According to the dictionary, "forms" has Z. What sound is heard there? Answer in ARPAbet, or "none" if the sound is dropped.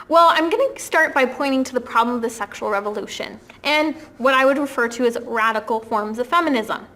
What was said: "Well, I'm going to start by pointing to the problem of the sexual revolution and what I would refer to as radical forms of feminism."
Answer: Z